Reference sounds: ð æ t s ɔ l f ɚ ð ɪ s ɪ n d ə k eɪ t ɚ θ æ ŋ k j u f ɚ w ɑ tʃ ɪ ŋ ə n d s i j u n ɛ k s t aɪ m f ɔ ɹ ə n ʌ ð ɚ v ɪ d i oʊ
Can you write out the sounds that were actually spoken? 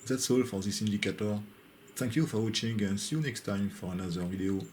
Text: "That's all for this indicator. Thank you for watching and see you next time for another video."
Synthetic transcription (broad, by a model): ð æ t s ɔ l f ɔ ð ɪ s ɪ n d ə k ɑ t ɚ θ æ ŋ k j u f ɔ w ɑ tʃ ɪ ŋ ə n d s i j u n ɛ k s t aɪ m f ɔ ɹ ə n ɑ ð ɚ v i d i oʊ